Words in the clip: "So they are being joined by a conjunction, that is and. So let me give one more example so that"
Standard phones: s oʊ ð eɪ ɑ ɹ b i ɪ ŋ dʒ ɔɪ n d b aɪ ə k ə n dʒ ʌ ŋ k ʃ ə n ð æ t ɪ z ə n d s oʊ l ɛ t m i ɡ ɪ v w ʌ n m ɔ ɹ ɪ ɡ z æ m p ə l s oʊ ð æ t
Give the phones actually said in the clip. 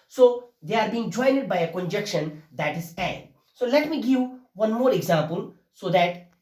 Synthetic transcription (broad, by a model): s oʊ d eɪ ɑ ɹ b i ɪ ŋ dʒ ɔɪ n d b aɪ ə k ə n dʒ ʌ k ʃ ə n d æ t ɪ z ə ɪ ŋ s oʊ l ɛ t m i ɡ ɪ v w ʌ n m ɔ ɹ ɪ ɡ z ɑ m p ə l s oʊ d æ t